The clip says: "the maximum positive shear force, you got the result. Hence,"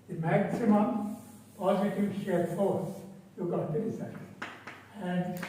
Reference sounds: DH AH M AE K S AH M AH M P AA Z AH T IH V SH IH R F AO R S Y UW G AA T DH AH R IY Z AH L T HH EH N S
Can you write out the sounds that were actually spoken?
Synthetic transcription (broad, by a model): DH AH M AE K S AH M AH M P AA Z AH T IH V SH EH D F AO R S Y UW G AA T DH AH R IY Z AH T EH N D